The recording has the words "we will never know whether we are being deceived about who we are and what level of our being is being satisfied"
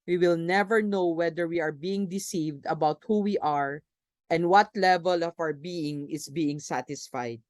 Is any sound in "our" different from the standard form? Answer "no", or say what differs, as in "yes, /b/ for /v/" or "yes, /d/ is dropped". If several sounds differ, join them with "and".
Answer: yes, /w/ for /ɹ/